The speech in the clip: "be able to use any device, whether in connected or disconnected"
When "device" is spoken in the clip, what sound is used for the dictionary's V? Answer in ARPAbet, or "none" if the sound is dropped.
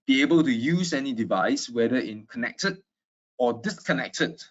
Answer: V